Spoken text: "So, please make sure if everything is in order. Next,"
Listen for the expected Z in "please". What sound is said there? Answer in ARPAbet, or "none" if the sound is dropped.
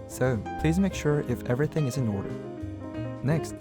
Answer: Z